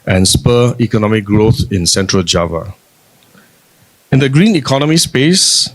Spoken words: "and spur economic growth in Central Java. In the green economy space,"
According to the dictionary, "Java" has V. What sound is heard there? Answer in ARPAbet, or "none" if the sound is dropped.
V